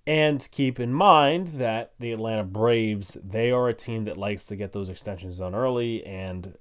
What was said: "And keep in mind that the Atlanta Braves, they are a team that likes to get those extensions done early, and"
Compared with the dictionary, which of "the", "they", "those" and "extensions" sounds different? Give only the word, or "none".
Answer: none